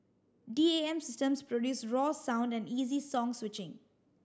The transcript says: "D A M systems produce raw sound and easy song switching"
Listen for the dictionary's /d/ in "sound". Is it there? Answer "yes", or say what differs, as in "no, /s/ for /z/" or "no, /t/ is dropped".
yes